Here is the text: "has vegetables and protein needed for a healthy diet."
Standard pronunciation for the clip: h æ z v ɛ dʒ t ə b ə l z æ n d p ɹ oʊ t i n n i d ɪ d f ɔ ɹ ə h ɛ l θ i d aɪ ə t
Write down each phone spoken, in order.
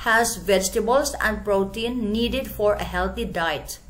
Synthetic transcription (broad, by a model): h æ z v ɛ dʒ t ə b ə l s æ n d p ɹ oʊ t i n n i d ɪ d f ɔ ɹ ə h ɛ l t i d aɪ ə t